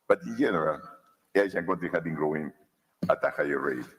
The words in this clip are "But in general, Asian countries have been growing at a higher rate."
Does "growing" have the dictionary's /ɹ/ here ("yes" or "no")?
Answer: yes